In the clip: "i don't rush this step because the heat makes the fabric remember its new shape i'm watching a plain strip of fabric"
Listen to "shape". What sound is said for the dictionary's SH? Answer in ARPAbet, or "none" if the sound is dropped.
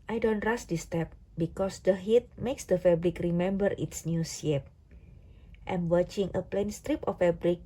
S